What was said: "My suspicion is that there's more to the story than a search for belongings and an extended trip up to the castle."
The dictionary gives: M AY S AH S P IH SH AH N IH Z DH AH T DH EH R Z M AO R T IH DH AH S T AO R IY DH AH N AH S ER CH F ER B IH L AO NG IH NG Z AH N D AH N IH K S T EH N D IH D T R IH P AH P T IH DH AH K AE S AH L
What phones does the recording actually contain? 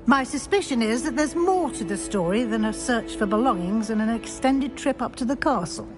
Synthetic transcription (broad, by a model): M AY S AH S P IH SH AH N IH Z DH AH T DH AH R Z M AO R T IH DH AH S T AO R IY DH AH N AH S ER CH F ER B IH L AO NG IH NG Z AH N AH N IH K S T EH N D IH D T R IH P AH P T IH DH AH K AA S L